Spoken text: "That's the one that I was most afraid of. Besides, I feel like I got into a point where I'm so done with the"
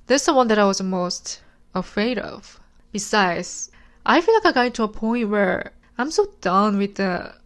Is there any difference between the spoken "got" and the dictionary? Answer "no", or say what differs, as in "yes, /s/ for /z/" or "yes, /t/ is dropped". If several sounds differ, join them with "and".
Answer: yes, /t/ is dropped